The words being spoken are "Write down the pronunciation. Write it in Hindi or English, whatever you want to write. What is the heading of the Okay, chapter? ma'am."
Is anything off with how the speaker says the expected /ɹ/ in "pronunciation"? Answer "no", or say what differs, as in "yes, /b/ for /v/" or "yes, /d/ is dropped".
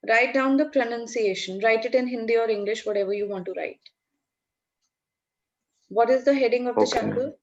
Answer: no